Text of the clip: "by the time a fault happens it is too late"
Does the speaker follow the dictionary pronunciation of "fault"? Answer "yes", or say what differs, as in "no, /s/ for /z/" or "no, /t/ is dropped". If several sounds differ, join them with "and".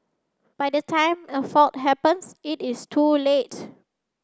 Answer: no, /l/ is dropped